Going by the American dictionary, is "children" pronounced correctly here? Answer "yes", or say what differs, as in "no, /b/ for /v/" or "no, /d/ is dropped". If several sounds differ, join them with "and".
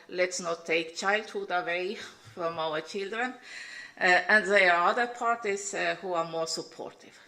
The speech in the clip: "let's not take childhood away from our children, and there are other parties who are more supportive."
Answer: yes